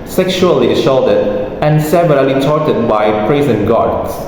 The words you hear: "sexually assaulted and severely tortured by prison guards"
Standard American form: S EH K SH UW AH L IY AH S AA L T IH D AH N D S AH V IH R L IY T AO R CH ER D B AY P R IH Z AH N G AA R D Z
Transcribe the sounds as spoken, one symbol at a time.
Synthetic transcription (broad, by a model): S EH K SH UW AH L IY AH SH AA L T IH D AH N S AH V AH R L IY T AO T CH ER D B AY P R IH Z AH N G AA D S